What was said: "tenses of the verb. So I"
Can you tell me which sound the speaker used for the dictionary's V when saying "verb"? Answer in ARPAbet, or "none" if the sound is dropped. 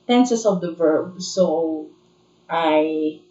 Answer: V